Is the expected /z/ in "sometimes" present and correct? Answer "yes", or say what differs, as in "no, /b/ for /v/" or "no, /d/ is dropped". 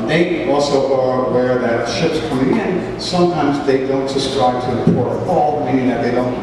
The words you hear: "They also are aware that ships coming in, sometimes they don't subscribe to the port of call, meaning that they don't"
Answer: yes